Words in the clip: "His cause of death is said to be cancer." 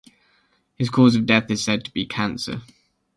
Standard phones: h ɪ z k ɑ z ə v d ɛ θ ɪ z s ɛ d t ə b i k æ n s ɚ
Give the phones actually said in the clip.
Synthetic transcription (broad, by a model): h ɪ z k ɑ z ə v d ɛ θ ɪ z s ɛ d t ə b i k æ n s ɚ